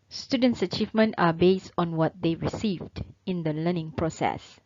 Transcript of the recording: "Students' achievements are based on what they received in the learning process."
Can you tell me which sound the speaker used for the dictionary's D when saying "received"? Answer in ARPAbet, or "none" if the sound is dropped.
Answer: D